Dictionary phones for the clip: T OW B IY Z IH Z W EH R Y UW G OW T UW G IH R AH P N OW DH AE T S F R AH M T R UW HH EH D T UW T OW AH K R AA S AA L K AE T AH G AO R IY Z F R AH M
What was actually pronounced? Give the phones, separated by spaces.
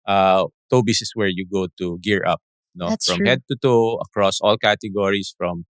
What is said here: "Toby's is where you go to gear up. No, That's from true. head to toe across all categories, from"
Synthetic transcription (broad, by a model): T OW B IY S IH S W EH R Y UW G OW T UW G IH R AH P N OW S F R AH M HH EH D T UW T OW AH K R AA S AA L K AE T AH G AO R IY S F R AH M